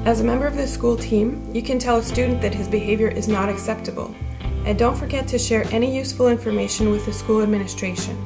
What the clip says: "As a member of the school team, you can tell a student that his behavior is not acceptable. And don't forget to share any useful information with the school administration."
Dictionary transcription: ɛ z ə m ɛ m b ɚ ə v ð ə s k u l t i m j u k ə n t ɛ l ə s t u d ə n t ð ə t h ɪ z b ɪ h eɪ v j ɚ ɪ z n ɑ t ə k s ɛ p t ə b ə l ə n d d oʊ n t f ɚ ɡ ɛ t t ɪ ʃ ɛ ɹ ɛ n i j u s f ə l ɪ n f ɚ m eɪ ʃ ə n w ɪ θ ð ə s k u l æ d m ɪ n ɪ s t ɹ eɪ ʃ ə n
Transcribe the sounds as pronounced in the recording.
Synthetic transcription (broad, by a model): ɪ z ə m ɛ m b ɚ ə v ð ə s k u l t i m j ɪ k ə n t ɛ l ə s t u d n ð ə t h ɪ z b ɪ h eɪ v j ɚ ɪ z n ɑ t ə k s ɛ p t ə b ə l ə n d d oʊ n t f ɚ ɡ ɛ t t ɪ ʃ ɛ ɹ ɛ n i j u s f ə l ɪ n f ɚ m eɪ ʃ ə n w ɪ ð ə s k u l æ d m ɪ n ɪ s t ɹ eɪ ʃ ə n